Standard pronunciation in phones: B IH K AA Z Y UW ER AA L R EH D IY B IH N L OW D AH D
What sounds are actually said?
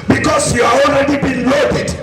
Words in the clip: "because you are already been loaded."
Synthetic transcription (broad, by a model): B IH K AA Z Y UW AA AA N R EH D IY B IH N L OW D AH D